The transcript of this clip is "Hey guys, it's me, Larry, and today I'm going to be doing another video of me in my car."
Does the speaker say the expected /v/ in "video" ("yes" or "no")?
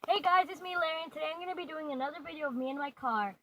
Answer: yes